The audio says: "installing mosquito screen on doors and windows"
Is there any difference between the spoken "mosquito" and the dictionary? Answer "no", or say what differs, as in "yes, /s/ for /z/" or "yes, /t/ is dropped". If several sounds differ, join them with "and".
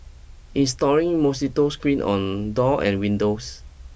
yes, /k/ is dropped